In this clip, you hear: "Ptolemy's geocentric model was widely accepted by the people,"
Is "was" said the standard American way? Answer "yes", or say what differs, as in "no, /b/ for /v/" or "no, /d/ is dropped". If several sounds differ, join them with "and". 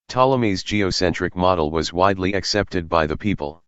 yes